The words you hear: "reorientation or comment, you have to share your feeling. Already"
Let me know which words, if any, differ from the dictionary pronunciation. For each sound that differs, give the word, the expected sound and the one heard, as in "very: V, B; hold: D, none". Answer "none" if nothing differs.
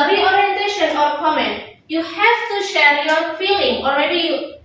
none